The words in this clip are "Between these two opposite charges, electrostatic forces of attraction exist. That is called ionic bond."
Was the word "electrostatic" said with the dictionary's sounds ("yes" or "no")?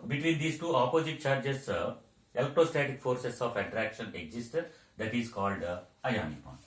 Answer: no